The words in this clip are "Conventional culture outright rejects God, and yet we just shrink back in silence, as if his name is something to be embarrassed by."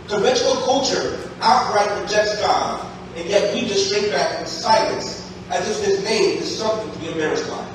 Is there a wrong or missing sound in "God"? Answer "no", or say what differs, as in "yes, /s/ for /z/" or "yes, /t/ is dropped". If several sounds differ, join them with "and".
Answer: yes, /d/ is dropped